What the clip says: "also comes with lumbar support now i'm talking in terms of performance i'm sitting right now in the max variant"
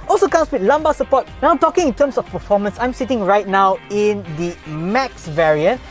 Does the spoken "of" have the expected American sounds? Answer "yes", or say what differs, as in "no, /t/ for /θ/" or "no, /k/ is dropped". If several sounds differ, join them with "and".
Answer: no, /f/ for /v/